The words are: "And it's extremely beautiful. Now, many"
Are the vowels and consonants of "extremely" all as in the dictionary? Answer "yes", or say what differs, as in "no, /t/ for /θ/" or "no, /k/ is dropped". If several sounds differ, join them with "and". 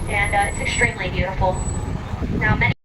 yes